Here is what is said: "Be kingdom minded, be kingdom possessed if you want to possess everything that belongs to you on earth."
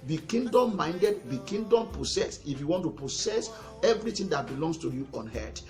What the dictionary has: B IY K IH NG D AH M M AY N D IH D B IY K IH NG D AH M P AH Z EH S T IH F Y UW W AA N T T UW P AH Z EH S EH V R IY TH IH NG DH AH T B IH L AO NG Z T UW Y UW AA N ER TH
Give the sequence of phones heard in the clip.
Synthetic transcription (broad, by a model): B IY K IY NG D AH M M AY N D IH D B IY K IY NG D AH M P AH S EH S IH F Y UW W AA N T T UW P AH S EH S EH V R IY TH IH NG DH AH T B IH L AO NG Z T UW Y UW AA N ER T